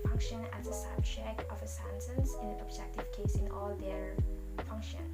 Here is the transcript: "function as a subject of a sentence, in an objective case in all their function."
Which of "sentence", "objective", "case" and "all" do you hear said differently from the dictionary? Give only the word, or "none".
sentence